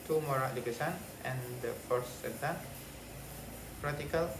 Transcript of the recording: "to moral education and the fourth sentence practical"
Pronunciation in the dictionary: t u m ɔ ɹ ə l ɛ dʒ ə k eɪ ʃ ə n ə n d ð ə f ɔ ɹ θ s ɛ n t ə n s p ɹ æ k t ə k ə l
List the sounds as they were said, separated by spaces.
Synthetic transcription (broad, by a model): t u m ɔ ɹ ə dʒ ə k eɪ s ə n ə n d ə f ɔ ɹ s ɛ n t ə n p ɹ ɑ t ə k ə l